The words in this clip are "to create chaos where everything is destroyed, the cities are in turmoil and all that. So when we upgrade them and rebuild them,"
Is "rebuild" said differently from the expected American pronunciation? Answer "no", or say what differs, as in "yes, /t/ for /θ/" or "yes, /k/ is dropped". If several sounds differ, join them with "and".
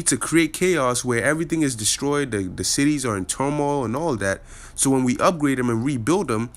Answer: no